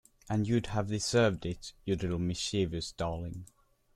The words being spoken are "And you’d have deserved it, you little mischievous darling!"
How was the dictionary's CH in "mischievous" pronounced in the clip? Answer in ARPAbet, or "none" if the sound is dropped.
SH